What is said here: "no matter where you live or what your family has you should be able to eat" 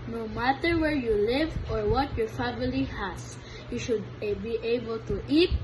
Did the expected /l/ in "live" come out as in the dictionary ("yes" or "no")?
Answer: yes